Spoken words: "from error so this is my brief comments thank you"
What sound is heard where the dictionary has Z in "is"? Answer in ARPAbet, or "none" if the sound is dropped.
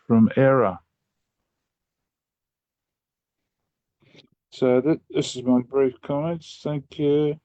Z